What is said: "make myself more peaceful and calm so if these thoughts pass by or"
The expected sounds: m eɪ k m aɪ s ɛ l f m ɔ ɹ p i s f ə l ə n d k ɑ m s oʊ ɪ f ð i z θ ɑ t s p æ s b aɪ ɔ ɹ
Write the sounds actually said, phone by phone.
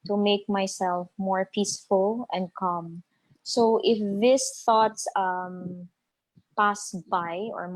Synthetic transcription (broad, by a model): m eɪ k m aɪ s ɛ l f m ɔ ɹ p i s f ə l ə n d k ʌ m s oʊ ɪ f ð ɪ s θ ɑ t s p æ s b aɪ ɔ ɹ